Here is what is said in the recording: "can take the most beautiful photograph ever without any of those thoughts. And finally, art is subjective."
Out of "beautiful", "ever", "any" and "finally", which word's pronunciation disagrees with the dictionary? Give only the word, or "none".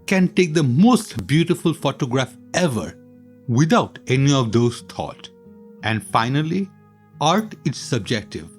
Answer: none